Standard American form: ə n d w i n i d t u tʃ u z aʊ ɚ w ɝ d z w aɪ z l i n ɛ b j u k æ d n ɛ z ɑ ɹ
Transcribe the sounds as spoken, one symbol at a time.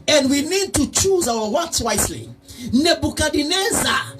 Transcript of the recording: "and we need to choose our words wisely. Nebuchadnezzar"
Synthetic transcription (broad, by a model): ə n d w i n i d t u tʃ u z aʊ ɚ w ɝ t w aɪ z l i n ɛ b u k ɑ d n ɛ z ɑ